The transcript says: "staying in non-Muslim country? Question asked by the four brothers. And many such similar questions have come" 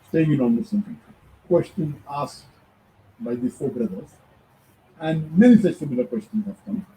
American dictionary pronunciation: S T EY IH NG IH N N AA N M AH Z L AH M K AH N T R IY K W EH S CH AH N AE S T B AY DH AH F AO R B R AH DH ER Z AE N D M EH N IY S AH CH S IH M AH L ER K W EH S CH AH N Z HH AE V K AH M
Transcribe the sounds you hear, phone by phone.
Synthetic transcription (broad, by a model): S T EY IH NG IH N N AA N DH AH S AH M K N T IY K W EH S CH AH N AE S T B AY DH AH F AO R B R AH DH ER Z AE N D M EH N IY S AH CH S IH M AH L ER K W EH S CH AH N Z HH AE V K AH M